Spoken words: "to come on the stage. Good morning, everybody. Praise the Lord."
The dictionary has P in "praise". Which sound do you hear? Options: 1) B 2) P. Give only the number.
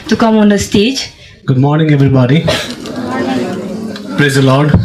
2